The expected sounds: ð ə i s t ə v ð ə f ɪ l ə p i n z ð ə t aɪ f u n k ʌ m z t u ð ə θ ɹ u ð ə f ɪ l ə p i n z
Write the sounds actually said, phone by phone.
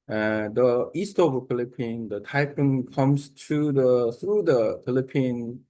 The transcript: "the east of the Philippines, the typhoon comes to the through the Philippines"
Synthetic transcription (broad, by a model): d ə i s t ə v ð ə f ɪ l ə p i n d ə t aɪ p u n k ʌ m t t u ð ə t ɹ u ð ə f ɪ l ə p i n